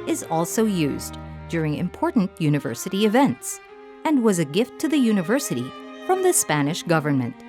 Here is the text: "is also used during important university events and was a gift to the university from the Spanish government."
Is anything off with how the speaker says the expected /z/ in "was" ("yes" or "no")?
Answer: no